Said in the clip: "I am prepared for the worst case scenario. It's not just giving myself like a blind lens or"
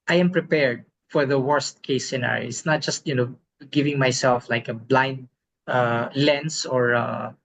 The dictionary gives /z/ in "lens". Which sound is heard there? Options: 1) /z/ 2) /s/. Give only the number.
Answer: 2